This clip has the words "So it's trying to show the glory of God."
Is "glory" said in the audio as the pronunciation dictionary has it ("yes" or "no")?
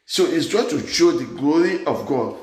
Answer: yes